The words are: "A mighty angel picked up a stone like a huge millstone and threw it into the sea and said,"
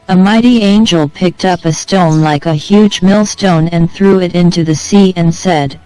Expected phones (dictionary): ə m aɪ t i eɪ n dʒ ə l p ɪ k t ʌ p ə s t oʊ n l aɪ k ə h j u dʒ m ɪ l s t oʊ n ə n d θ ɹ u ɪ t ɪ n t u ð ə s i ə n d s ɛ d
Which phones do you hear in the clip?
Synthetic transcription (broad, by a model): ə m aɪ t i eɪ n dʒ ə l p ɪ k t ʌ p ə s t oʊ n l aɪ k ə h j u dʒ m ɪ l s t oʊ n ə n θ ɹ u ɪ t ɪ n t u ð ə s i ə n s ɛ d